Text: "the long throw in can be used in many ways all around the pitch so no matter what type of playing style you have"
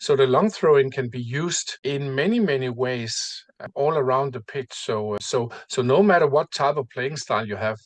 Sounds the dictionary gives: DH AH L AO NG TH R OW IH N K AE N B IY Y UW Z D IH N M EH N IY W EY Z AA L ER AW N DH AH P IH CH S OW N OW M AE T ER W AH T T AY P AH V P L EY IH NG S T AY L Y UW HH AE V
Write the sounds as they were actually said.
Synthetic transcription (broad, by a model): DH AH L AO NG TH R OW IH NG K AE N B IY Y UW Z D IH N M EH N IY W EY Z AA L ER AW N DH AH P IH S S OW N OW M AE T ER W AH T T AY P AH V P L EY IH NG S T AY L Y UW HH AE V